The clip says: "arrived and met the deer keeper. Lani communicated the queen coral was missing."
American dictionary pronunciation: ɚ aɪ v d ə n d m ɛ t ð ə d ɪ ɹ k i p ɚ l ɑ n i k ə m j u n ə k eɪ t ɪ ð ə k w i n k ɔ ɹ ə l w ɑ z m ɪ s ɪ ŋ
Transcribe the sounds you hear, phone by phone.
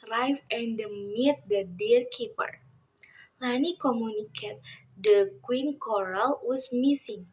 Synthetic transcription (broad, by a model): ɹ aɪ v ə n d m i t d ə d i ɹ k i p ɚ l ɑ n i k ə m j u n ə k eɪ t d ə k w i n k ɔ ɹ ə l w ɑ s m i s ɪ ŋ